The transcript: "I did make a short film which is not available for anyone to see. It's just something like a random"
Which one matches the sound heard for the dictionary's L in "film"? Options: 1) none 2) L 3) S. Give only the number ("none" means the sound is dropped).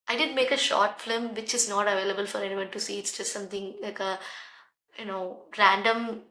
1